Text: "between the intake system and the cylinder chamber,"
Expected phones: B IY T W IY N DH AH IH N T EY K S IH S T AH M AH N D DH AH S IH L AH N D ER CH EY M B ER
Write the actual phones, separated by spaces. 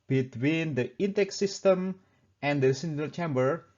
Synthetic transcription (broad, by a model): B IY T W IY N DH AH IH N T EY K S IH S T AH M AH N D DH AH S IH N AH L CH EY M B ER